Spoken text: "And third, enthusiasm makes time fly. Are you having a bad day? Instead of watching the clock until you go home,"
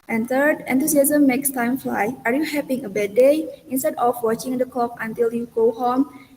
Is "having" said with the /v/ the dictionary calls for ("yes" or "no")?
no